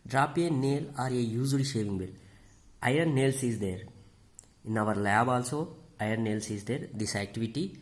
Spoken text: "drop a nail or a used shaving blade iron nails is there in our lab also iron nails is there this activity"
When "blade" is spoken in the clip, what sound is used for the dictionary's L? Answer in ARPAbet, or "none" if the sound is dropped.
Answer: none